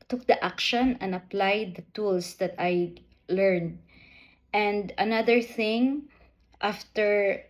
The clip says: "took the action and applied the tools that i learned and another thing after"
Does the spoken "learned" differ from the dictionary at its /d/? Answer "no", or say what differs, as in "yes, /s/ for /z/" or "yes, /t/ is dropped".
no